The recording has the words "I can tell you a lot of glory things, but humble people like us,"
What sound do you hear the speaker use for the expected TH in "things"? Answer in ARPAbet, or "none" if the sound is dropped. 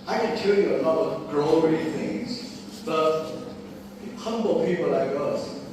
TH